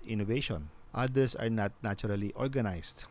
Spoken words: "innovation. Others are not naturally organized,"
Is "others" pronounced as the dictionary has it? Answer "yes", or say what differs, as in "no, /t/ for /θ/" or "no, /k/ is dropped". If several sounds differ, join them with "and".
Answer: no, /s/ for /z/